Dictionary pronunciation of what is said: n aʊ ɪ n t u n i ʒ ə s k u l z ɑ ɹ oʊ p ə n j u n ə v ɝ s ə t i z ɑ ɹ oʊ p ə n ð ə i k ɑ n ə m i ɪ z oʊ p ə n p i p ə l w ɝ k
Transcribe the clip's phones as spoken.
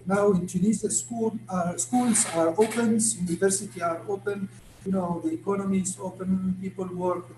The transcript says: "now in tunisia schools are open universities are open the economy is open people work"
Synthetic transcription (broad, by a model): n aʊ ɪ n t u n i z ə s k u l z ɑ ɹ oʊ p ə n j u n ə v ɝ s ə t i ɑ ɹ oʊ p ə n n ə i k ɑ n ə m i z oʊ p ə n p i p ə l w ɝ k